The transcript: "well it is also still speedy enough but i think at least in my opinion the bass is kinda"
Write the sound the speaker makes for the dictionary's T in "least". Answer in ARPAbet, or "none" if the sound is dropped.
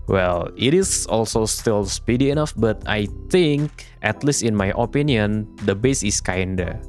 T